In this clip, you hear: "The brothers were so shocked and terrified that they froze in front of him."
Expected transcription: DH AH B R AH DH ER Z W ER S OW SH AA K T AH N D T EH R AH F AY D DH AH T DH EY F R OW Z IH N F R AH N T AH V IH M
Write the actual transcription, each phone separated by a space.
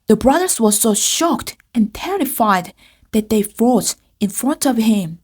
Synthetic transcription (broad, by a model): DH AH B R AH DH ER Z W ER S OW SH AA K T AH N T EH R AH F AY D DH AH T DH EY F OW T IH N F R AH N T AH V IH M